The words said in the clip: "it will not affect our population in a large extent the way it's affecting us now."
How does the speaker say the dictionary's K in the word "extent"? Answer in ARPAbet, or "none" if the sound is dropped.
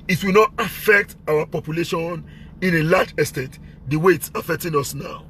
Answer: none